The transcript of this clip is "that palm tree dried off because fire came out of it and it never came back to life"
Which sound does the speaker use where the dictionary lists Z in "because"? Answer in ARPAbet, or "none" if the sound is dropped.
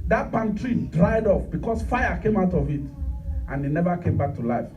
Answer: S